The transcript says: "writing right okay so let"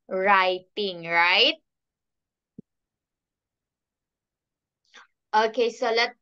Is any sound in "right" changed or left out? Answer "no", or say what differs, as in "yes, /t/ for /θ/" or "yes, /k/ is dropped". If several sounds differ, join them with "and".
no